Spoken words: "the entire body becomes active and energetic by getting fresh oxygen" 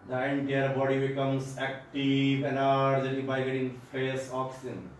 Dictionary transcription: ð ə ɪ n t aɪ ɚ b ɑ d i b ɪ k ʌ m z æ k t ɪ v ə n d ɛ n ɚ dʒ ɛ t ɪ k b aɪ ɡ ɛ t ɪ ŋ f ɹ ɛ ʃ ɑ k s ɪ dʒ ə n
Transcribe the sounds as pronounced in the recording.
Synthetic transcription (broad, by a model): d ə ɪ n t aɪ ɚ b ɑ d i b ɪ k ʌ m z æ k t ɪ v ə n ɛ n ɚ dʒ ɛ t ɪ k b aɪ ɡ ɛ t ɪ ŋ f ɛ s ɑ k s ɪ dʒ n